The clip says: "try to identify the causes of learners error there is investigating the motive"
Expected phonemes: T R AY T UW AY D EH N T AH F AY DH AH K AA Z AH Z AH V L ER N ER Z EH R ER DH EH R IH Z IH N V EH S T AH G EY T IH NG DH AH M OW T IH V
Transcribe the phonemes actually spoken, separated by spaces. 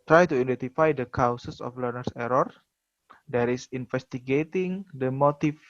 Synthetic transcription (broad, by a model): T R AY T UW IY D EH N T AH F AY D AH K AA S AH S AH F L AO N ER S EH R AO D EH R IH S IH N F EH S T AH G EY T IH NG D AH M OW T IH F